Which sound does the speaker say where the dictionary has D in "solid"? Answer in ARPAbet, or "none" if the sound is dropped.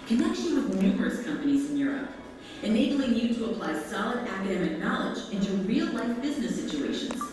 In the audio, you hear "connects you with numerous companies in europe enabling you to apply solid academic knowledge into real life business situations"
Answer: D